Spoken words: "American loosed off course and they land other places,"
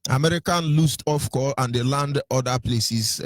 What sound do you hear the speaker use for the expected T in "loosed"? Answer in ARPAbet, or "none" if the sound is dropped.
T